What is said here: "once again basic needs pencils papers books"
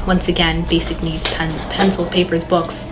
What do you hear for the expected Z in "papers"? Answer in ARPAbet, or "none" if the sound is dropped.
Z